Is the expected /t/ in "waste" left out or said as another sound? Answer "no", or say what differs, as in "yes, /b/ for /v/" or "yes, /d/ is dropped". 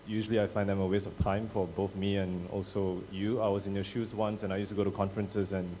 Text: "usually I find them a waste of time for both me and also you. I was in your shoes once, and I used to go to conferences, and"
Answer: yes, /t/ is dropped